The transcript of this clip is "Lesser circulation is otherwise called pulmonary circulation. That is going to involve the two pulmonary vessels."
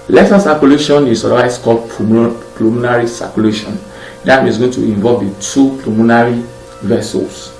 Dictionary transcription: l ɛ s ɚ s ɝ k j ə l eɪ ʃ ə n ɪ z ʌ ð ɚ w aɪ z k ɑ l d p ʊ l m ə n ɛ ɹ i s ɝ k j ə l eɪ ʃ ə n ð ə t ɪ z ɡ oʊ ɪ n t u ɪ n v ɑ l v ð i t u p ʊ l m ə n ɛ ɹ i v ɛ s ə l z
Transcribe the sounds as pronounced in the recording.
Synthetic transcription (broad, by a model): l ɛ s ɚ s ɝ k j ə l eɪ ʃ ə n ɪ s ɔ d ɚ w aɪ s k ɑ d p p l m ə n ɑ ɹ i s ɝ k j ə l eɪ ʃ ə n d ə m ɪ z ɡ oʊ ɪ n t u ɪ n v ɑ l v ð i t u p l m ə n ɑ ɹ i v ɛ s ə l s